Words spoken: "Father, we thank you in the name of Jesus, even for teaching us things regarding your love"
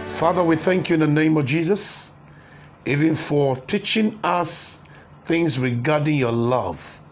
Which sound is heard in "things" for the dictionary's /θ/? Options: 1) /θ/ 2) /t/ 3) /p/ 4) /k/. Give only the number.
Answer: 1